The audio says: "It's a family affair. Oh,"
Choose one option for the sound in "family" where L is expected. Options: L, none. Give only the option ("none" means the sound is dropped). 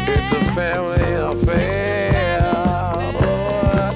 L